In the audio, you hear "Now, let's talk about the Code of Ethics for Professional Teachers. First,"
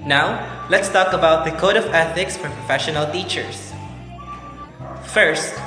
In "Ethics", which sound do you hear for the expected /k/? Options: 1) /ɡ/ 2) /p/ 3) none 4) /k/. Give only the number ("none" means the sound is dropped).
4